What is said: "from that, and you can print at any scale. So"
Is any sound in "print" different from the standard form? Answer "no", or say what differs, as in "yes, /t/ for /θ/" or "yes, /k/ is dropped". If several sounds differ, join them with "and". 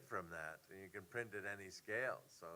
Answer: no